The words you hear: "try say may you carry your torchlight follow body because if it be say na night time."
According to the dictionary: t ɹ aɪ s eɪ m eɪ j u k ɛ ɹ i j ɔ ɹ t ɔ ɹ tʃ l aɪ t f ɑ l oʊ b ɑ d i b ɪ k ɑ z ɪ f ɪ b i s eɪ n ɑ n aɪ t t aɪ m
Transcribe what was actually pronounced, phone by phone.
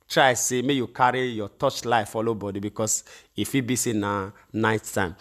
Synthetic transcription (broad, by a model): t ɹ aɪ s eɪ m eɪ j u k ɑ ɹ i j ɔ t ɔ tʃ l aɪ f ɑ l oʊ b ɑ d i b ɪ k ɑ s ɪ f ɪ b i s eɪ n ɑ n aɪ t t aɪ m